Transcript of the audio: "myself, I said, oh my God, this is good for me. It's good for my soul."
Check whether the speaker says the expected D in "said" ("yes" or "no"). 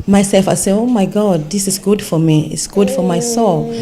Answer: no